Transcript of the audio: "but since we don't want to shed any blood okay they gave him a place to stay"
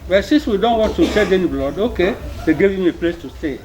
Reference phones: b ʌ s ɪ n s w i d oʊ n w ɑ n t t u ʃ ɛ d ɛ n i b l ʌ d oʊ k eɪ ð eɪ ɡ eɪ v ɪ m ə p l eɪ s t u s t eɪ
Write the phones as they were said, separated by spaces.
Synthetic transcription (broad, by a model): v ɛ s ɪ s w i d oʊ n w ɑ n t t u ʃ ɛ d ɛ n i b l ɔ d oʊ k eɪ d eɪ ɡ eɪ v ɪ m ə p l eɪ s t u s t eɪ